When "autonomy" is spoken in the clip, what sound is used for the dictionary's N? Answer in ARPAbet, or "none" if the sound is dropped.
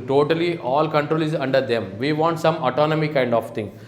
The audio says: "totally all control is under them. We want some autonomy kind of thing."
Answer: N